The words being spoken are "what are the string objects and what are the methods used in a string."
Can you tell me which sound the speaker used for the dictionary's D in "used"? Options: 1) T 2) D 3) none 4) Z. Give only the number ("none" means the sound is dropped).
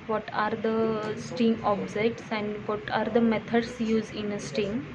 3